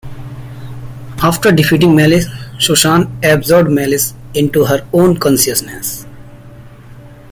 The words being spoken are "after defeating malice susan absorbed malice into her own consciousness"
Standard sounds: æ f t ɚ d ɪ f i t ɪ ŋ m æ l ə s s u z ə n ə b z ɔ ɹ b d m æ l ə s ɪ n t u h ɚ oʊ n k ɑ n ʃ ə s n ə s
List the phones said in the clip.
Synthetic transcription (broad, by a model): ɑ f t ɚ d ɪ f i t ɪ ŋ m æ l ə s ʃ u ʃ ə n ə b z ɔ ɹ d m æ l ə s ɪ n t u h ɚ oʊ n k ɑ n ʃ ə s n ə s